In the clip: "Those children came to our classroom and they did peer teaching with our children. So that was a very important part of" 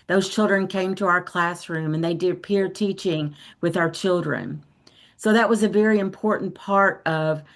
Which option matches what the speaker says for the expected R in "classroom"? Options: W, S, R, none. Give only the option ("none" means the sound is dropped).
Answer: R